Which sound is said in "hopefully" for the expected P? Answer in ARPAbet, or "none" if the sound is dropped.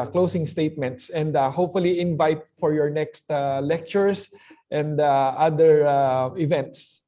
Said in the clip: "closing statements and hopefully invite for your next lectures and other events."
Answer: P